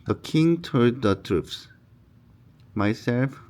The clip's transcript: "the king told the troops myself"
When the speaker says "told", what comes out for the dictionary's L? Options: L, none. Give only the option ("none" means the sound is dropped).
none